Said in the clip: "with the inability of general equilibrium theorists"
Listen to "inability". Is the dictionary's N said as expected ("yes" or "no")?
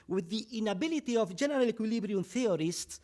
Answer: yes